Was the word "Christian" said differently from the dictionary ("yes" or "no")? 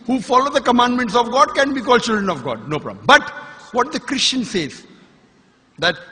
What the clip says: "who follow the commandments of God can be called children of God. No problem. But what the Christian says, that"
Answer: no